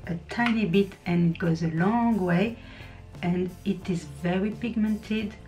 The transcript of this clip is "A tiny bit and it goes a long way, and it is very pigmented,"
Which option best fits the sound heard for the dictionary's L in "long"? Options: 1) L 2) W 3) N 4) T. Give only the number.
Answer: 1